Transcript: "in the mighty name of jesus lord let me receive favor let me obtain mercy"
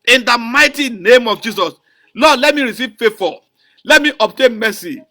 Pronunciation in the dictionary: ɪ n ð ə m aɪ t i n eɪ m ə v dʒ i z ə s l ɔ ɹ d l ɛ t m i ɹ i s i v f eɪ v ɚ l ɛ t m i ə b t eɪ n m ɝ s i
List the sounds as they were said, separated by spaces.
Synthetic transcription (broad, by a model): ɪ n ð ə m aɪ t i n eɪ m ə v dʒ i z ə s l ɔ d l ɛ t m i ɹ i s i v f eɪ f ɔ l ɛ t m i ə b t eɪ n m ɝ s i